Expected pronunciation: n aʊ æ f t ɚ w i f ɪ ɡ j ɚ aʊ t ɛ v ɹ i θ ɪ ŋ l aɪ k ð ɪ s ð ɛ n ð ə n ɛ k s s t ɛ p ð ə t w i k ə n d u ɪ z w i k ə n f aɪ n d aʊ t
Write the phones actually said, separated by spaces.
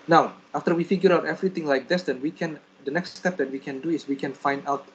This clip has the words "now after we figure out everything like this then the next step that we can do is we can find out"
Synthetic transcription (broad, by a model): n aʊ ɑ f t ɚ w i f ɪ ɡ j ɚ aʊ t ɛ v ɹ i t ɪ ŋ l aɪ k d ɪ s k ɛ n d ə n ɛ k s s t ɛ p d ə t w i k ə n d u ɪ s w i k ə n f aɪ n d aʊ t